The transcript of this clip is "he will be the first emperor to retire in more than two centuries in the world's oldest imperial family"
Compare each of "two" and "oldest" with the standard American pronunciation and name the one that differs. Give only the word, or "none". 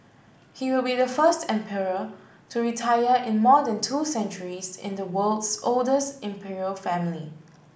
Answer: none